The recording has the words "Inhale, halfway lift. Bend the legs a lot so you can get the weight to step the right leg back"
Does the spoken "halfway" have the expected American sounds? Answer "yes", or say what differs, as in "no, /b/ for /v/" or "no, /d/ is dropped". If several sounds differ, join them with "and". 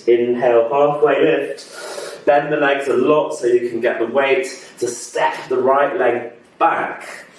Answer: no, /f/ is dropped